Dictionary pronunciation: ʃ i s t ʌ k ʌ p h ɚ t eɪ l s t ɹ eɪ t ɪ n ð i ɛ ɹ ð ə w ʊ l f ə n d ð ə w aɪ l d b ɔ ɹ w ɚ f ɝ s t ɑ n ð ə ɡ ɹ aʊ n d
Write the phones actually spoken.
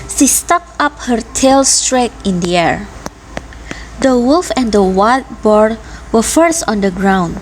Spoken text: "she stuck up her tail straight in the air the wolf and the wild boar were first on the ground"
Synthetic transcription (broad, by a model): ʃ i s t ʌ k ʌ p h ɚ t eɪ l s t ɹ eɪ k ɪ n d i ɛ ɹ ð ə w ʊ l f ə n d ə w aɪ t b ɔ ɹ w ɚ f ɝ s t ɑ n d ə ɡ ɹ aʊ n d